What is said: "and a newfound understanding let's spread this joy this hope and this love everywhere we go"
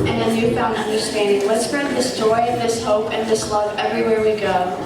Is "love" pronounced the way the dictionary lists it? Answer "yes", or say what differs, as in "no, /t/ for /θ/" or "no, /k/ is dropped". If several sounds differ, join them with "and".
yes